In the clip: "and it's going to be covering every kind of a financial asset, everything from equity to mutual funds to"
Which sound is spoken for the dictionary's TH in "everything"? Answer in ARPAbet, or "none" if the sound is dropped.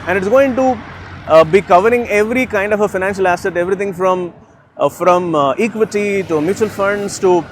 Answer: T